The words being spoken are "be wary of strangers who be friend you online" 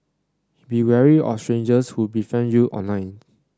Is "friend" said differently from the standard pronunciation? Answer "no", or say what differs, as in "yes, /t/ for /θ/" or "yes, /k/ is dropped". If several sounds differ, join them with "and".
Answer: yes, /ɹ/ is dropped